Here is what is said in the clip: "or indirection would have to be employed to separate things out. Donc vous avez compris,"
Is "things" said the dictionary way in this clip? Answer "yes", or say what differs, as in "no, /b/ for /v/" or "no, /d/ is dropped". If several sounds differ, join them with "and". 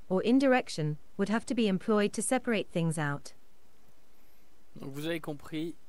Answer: yes